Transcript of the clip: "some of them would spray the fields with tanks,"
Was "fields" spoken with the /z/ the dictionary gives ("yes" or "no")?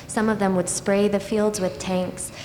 yes